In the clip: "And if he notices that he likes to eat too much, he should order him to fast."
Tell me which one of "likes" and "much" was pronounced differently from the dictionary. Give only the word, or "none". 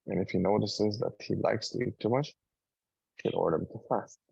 none